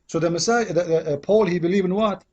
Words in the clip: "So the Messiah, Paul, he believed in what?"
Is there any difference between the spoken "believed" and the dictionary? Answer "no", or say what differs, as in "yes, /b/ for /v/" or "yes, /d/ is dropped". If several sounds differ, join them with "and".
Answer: yes, /d/ is dropped